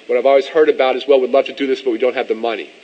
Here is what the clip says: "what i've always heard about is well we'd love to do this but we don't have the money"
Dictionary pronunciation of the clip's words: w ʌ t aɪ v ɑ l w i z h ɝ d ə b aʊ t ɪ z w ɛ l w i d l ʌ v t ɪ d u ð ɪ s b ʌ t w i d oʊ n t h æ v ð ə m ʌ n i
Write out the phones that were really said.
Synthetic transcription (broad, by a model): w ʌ t aɪ v ɑ l w i z h ɝ d ə b aʊ t ɪ z w ɛ l w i d l ʌ v t ɪ d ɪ ð ɪ s b ʌ t w i d oʊ n t h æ v ð ə m ʌ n i